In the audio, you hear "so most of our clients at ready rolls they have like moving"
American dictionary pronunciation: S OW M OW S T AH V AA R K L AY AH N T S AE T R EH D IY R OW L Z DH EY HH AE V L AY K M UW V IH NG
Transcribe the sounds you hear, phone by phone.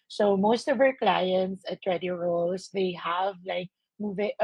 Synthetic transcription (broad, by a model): S OW M OW S T AH V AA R K L AY AH N T S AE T R EH D IY R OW L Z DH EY HH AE V L AY K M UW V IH